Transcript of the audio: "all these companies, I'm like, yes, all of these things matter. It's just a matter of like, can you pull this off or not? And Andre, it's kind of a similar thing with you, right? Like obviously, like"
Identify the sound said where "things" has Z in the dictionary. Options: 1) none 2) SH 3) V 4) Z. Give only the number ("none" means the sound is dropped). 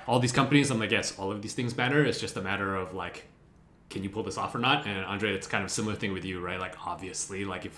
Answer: 4